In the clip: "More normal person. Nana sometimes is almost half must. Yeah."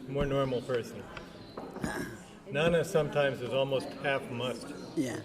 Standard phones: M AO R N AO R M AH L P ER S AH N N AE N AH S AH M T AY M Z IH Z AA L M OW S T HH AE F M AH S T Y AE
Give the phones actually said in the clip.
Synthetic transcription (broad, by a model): M AO R N AO R M L P ER S AH N N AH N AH S AH M T AY M Z IH Z AA L M OW S T HH AE F M AH S T Y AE